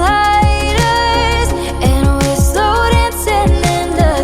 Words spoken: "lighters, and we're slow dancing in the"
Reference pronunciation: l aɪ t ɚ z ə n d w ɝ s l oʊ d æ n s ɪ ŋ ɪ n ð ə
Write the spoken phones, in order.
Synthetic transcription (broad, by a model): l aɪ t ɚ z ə n w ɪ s oʊ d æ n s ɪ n ɪ n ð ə